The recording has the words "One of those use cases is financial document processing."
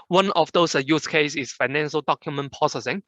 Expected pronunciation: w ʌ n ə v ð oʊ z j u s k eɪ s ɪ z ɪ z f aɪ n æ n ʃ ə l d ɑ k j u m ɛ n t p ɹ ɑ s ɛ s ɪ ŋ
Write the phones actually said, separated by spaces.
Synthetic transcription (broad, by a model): w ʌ n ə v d oʊ s j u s k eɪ ɪ s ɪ s f aɪ n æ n ʃ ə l d ɑ k j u m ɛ n p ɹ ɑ s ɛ s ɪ ŋ